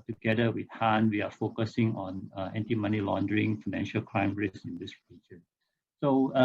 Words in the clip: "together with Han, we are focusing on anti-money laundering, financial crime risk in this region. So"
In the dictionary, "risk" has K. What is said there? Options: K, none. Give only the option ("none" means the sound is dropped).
none